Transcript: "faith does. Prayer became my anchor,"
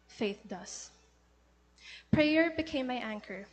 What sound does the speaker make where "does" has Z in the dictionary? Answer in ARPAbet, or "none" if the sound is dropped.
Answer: S